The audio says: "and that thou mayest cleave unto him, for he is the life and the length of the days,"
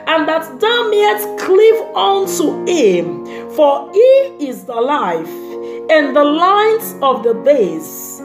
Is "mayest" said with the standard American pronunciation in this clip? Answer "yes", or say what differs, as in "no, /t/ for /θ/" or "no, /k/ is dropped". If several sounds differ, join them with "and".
no, /s/ is dropped